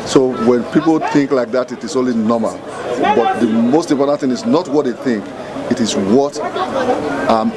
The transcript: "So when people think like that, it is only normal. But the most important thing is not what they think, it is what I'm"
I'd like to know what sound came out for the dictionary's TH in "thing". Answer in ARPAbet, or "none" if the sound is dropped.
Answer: TH